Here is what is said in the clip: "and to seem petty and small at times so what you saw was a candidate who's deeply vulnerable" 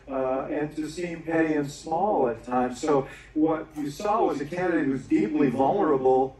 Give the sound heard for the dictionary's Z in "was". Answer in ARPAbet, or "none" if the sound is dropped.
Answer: Z